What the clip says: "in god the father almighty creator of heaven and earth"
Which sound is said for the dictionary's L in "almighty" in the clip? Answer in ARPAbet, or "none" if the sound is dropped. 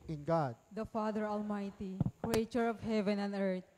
L